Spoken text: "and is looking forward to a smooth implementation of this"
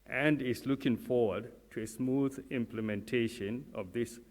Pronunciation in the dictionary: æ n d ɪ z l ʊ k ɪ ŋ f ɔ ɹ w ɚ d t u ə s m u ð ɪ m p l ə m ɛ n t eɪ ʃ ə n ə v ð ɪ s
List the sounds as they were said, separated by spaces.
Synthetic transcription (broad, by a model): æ n d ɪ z l ʊ k ɪ ŋ f ɔ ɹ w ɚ d t u ə s m u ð ɪ m p l ə m ɛ n t eɪ ʃ ə n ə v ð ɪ s